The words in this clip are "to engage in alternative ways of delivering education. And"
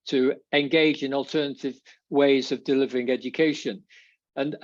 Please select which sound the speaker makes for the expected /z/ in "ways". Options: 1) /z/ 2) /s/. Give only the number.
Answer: 1